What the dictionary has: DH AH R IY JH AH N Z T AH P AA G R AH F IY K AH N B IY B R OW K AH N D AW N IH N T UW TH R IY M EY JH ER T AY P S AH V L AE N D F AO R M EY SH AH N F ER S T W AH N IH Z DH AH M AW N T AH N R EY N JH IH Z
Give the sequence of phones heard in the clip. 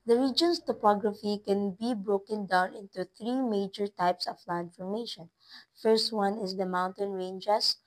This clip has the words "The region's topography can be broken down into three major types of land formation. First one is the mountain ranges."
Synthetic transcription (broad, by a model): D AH R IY JH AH N S T AH P AA G R AH F IY K AH N B IY B R OW K AH N D AW N IH N T UW TH R IY M EY JH ER T AY P S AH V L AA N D F AO R M EY SH AH N F ER S T W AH N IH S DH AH M AW N T AH N R EY N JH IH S